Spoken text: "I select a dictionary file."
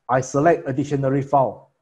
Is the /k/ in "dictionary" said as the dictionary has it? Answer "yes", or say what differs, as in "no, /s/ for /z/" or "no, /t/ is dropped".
no, /k/ is dropped